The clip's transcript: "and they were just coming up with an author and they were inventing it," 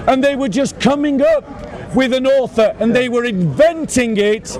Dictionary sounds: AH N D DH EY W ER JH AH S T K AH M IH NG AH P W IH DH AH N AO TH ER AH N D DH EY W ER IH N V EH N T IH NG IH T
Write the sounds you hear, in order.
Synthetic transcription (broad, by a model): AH N DH EY W ER JH AH S K AH M IH NG AH P W IH DH AH N AO TH ER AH N DH EY W ER IH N V EH N T IH NG IH T